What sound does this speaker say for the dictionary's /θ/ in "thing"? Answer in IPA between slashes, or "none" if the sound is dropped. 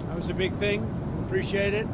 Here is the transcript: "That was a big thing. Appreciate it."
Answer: /θ/